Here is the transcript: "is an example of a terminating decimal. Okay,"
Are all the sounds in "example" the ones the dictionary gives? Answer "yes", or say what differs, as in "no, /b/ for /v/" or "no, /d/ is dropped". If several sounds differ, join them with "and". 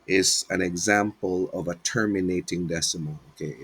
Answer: yes